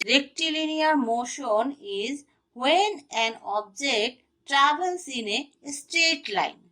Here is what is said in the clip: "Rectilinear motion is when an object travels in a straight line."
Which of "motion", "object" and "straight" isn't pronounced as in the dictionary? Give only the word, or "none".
straight